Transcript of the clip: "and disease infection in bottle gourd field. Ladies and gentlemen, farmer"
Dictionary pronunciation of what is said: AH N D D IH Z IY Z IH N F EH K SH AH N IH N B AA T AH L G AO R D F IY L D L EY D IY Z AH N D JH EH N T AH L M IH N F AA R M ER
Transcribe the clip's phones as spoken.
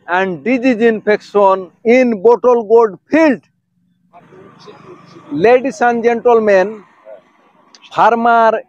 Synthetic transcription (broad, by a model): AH N D D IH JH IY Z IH N P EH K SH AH N IH N B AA T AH L G AO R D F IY L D L EY D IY S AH N JH EH N T AH L M IH N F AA R M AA